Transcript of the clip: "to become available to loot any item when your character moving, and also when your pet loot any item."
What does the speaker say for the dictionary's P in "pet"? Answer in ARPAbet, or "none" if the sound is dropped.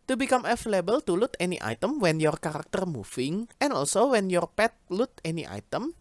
P